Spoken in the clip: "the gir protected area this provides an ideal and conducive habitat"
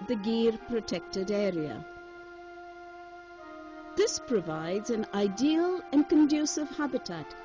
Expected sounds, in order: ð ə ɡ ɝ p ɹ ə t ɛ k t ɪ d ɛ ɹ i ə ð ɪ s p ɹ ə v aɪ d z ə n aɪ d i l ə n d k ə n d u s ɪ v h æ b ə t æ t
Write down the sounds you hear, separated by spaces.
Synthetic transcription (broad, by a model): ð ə ɡ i p ɹ ə t ɛ k t ɪ d ɛ ɹ i ə ð ɪ s p ɹ ə v aɪ d z ə n aɪ d i l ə n k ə n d u s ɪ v h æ b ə t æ t